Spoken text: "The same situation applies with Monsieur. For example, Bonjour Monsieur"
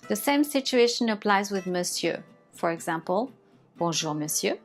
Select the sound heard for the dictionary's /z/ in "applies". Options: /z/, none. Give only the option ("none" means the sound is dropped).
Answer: /z/